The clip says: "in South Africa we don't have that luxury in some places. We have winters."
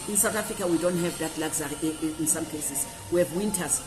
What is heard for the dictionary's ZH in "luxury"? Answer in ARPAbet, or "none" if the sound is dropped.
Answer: Z